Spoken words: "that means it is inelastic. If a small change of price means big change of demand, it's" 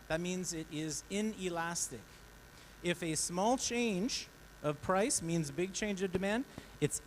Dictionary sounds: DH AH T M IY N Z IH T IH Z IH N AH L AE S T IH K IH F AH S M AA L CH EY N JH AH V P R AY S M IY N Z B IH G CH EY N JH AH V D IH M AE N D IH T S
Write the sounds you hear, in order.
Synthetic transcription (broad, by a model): DH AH T M IY N Z IH T IH Z IH N AH L AE S T IH K IH F AH S M AA L CH EY N JH AH V P R AY S M IY N Z B IH G CH EY N JH AH V D IH M AE N D IH T S